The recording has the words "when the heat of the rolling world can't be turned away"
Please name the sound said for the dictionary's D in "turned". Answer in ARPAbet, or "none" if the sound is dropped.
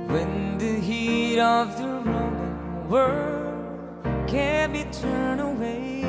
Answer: none